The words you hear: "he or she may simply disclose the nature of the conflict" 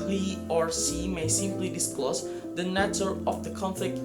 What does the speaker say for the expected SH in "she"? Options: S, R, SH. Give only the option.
S